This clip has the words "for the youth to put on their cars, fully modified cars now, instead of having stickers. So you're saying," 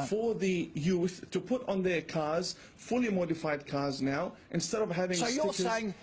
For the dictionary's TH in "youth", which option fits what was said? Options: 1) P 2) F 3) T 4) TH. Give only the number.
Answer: 4